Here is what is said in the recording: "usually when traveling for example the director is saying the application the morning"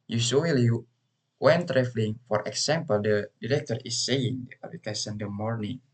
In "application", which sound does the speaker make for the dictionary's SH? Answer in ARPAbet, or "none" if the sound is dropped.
S